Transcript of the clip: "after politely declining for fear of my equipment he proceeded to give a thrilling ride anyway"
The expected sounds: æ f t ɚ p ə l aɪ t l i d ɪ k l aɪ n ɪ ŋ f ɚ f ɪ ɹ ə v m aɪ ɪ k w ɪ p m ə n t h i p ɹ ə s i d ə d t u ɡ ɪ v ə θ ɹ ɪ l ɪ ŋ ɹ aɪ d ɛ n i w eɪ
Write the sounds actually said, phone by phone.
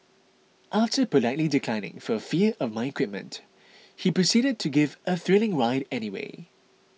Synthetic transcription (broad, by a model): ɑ f t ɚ p ə l aɪ t l i d ɪ k l aɪ n ɪ ŋ f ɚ f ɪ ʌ ə v m aɪ ɪ k w ɪ p m ə n t h i p ɹ ə s i d ə d t u ɡ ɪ v ə θ ɹ ɪ l ɪ ŋ ɹ aɪ d ɛ n i w eɪ